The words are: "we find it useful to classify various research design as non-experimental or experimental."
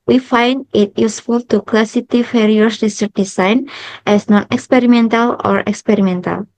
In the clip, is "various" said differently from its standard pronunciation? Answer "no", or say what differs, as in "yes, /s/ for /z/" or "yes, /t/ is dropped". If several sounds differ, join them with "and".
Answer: yes, /f/ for /v/